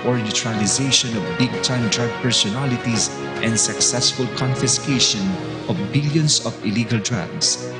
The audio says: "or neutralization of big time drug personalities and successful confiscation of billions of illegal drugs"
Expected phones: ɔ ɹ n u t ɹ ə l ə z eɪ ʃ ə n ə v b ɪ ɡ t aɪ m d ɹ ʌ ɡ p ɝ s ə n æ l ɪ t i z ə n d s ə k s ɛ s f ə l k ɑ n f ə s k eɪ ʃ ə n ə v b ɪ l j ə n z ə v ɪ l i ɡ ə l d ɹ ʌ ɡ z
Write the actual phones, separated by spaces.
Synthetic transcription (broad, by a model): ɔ ɹ n u t ɹ ə l ə z eɪ ʃ ə n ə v b ɪ ɡ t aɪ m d ɹ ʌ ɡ p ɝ s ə n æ l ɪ t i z ə n d s ə k s ɛ s f ə l k ɑ n f ə s k eɪ ʃ ə n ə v b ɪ l j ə n s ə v ɪ l i ɡ ə l d ɹ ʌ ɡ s